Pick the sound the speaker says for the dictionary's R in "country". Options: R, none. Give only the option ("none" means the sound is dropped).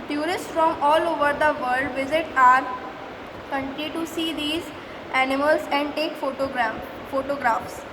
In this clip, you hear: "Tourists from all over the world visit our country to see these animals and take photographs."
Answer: none